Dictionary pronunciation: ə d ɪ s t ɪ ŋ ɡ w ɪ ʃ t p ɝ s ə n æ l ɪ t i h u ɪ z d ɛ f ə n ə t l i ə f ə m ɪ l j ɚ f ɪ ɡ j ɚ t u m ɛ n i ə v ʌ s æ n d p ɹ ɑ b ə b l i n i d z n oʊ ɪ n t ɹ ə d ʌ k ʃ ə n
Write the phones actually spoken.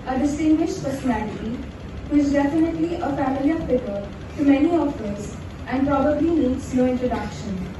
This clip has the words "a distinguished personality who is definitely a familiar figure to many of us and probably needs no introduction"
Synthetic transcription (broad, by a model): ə d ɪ s t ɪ ŋ ɡ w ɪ ʃ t p ɝ s ə n æ l ɪ t i h u ɪ z d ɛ f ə n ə t l i ə f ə m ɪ l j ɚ p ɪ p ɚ t u m ɛ n i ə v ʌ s æ n d p ɹ ɑ b ə b l i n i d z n oʊ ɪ n t ɹ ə d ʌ k ʃ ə n